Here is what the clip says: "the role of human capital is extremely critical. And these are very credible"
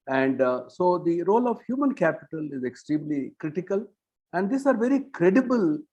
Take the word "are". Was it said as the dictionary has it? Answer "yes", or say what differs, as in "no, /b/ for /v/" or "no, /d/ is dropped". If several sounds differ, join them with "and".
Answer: yes